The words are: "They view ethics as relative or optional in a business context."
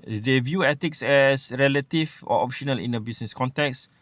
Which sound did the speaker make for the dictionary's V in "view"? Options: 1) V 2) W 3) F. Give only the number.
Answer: 1